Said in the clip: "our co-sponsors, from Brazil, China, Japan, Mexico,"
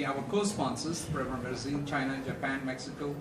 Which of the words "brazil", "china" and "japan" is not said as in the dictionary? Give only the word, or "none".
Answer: brazil